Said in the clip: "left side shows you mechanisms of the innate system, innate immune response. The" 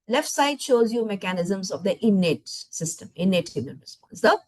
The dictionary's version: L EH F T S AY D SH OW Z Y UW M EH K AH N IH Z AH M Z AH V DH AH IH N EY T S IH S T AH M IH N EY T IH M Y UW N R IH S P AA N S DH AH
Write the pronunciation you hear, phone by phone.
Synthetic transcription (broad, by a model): L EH F T S AY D SH OW Z Y UW M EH K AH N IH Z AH M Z AH V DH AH IH N EY T S IH S T AH M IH N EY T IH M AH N R IH S P AA N S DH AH